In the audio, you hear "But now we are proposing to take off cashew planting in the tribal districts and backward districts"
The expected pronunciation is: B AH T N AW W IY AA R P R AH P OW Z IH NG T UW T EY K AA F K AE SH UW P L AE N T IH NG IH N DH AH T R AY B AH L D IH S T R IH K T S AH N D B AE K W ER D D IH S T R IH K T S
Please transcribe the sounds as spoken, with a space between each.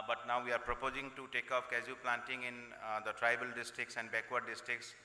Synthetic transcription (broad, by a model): B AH T N AW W IY AA R P R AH P OW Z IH NG T UW T EY K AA P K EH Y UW P L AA N T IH NG IH N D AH T R AY B AH L D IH S T R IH K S AH N D B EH K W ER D D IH S T R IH K S